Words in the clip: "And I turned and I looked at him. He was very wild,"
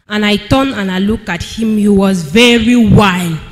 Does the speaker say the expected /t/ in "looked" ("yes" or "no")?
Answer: no